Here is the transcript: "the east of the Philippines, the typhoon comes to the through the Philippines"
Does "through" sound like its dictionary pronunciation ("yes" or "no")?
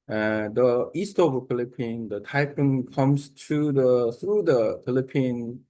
no